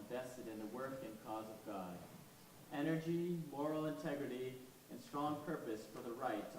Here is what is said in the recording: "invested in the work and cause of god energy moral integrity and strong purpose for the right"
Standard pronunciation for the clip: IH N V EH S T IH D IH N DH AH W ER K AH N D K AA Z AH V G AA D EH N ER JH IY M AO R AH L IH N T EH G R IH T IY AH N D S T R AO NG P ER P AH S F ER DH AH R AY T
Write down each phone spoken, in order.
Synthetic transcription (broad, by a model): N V EH S T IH D IH N DH AH W ER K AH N K AA Z AH V G AA D EH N ER JH IY M AO R L IH N T EH G R IH T IY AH N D S T R AO NG P ER P AH S F ER DH AH R AY T